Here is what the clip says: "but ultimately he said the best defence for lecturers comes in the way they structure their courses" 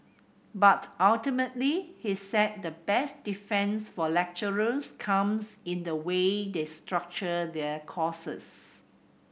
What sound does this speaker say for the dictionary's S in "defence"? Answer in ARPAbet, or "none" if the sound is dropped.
S